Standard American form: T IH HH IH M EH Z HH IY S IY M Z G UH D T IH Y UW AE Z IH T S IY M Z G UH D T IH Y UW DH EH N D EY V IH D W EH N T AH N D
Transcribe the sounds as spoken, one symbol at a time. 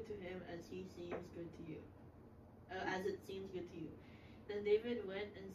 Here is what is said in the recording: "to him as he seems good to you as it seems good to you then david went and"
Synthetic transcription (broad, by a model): T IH HH IH M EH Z HH IY S IY M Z G UH D T IH Y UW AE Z IH T S IY M Z G UH D T IH Y UW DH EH N D EY V IH D W EH N T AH N